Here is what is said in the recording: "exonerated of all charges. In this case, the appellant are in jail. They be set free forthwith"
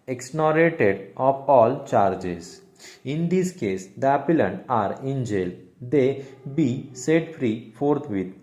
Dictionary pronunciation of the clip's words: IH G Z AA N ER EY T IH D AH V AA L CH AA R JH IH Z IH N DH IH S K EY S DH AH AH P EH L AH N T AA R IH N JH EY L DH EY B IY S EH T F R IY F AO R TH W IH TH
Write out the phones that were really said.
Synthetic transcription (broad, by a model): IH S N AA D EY T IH D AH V AA L CH AA R JH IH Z IH N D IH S K EY S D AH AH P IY L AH N AA R IH N JH EY L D EY B IY S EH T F R IY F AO R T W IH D